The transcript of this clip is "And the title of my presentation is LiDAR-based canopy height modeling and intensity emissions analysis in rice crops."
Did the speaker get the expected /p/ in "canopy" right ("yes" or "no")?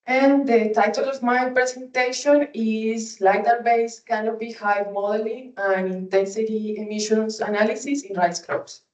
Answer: no